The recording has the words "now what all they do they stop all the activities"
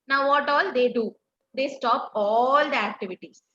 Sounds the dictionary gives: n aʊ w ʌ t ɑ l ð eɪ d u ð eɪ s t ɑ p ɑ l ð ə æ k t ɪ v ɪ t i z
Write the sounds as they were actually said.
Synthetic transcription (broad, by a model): n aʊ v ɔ t ɑ l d eɪ d u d eɪ s t ɑ p ɑ l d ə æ k t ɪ v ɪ t i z